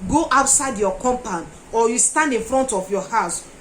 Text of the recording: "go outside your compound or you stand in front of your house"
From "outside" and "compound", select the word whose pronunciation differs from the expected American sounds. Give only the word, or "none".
compound